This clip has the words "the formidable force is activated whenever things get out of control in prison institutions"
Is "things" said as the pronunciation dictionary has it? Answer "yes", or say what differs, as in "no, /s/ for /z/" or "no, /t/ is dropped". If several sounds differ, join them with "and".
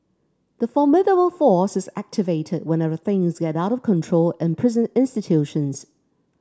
yes